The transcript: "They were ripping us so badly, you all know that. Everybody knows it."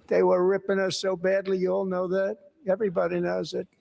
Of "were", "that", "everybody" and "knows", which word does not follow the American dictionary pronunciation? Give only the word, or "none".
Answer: none